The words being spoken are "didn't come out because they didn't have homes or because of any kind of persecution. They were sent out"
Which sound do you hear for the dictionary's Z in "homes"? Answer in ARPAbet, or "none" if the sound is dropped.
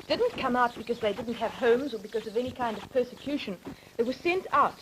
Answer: Z